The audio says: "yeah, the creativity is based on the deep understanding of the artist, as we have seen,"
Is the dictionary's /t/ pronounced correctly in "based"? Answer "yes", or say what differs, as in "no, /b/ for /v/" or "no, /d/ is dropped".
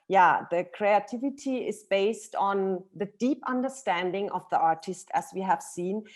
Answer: yes